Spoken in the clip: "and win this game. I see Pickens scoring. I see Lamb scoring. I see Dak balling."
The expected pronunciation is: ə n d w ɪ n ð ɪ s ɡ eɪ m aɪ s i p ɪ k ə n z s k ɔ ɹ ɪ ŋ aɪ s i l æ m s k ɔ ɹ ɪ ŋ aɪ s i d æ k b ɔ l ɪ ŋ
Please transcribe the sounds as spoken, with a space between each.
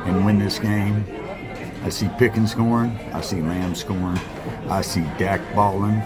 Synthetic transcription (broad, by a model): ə n w ɪ n ð ɪ s ɡ eɪ m aɪ s i p ɪ k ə n s k ɔ ɹ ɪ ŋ aɪ s i l æ m s k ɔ ɹ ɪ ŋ aɪ s i d æ k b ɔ l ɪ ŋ